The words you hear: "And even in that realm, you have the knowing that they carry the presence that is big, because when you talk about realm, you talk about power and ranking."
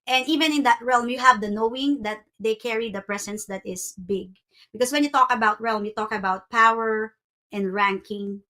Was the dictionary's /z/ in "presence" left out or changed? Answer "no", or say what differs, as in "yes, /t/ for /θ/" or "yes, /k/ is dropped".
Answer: yes, /s/ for /z/